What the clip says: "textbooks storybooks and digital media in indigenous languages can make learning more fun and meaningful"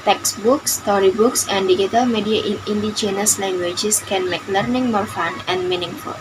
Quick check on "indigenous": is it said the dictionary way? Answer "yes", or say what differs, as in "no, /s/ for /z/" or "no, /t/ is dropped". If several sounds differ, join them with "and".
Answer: no, /tʃ/ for /dʒ/